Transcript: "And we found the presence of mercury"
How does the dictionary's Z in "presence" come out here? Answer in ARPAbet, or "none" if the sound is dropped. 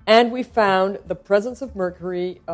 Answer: Z